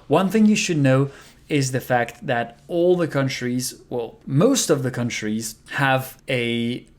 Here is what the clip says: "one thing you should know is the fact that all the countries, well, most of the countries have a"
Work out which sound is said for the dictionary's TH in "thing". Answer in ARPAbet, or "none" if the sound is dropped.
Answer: TH